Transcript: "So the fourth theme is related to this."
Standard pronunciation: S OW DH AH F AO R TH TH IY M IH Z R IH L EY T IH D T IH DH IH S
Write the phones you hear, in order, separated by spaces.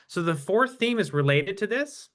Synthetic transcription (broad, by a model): S OW DH AH F AO R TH TH IY M IH Z R IH L EY T IH D T IH DH IH S